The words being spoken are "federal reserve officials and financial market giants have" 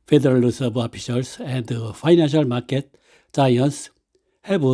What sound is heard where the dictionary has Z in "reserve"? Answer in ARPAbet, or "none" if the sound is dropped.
S